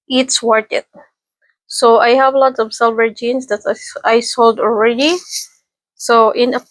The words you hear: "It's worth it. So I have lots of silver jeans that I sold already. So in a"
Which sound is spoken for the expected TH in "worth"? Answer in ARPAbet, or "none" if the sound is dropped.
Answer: T